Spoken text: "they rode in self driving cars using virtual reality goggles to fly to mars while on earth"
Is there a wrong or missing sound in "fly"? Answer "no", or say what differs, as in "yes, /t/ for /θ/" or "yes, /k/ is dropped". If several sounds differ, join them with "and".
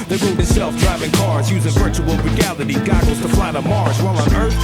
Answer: yes, /p/ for /f/